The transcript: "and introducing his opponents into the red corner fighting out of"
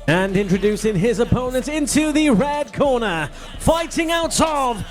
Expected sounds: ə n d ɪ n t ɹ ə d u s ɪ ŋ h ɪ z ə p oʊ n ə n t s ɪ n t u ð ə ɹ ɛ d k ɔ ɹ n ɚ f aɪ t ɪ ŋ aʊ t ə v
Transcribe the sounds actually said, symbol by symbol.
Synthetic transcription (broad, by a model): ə n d ɪ n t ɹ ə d u s ɪ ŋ ɪ z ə p oʊ n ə n t ɪ n t u ð ə ɹ ɛ d k ɔ ɹ n ɚ f aɪ t ɪ ŋ aʊ t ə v